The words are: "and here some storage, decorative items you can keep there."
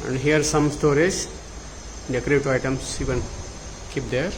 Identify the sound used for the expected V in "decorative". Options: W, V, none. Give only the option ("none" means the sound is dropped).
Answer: none